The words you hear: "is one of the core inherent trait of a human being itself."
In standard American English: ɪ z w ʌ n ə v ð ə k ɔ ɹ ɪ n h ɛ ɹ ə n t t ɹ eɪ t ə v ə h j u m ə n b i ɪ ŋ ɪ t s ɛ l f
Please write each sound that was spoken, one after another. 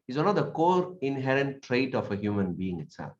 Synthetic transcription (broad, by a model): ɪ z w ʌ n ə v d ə k ɔ ɹ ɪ n h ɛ ɹ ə n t t ɹ eɪ t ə f ə h j u m ə n b i ɪ ŋ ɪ t s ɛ l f